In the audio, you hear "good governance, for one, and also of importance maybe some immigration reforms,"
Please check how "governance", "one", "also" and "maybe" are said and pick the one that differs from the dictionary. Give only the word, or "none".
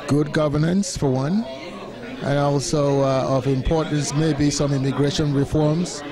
none